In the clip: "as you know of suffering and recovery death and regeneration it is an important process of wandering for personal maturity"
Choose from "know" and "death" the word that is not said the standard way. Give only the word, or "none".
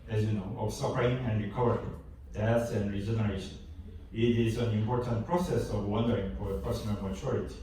death